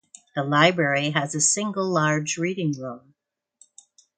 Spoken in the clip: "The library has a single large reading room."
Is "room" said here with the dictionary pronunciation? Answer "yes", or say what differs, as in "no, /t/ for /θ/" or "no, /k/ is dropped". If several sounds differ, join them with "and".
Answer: no, /l/ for /ɹ/